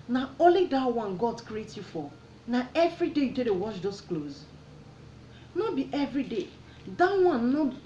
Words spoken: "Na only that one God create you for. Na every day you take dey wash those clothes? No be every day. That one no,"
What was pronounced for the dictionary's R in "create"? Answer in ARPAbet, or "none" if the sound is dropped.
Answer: R